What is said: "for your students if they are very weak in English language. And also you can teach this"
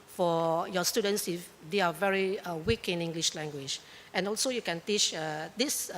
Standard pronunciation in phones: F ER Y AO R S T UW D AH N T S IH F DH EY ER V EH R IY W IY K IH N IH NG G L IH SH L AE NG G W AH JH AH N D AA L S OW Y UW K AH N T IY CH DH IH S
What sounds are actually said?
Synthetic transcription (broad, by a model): F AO Y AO S T UW D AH N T S IH F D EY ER V EH R IY W IY K IH N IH NG G L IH SH L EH NG G W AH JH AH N AA L S OW Y UW K AH N T IY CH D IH S